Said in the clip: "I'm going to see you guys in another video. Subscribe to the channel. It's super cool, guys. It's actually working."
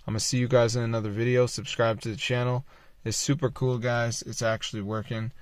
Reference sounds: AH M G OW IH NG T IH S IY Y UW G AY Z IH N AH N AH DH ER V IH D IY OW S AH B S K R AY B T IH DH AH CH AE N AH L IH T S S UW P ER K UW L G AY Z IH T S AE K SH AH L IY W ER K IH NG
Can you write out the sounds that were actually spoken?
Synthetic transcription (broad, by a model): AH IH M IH S IY Y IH G AY Z IH N AH N AH DH ER V IH D IY OW S AH B S K R AY B T IH DH AH CH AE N L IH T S S UW P ER K UW L G AY Z IH T S AE K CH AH L IY W ER K IH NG